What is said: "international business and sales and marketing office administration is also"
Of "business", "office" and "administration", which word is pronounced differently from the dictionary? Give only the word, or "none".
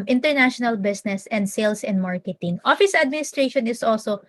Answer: business